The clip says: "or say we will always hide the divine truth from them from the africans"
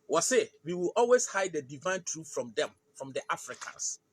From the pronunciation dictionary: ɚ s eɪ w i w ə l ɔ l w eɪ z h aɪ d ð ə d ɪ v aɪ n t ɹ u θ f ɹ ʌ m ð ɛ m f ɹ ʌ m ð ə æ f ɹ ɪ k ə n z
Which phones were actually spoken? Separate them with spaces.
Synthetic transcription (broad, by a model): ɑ s eɪ w i w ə l ɔ l w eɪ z h aɪ d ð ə d ɪ v aɪ n t ɹ u f f ɹ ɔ m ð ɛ m f ɹ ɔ m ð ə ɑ f ɹ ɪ k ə n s